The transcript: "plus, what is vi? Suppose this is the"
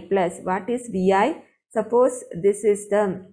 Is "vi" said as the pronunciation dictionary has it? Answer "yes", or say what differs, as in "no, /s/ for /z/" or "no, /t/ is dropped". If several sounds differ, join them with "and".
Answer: yes